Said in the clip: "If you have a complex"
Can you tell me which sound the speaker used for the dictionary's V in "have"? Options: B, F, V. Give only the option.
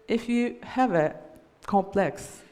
V